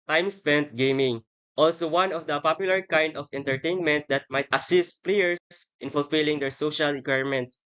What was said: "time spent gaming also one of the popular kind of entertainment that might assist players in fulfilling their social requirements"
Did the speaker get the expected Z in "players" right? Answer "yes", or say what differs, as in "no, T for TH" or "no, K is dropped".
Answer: no, S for Z